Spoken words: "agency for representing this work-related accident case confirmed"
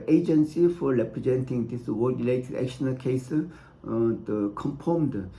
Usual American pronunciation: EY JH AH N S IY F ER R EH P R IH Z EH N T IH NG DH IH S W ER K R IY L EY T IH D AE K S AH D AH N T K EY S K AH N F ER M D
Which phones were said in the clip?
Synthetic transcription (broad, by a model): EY JH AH N S IY F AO R EH P R IH Z EH N T IH NG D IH S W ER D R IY L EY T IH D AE K SH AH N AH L K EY S K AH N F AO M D